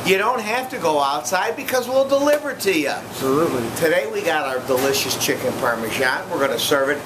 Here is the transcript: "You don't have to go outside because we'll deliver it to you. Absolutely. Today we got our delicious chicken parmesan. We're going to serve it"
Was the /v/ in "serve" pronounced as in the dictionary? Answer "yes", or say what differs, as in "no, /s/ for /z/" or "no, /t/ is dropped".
yes